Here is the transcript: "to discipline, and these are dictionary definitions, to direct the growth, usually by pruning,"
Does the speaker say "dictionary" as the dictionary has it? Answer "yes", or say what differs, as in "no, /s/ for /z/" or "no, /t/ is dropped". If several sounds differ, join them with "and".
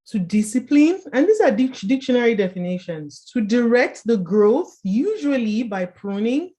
yes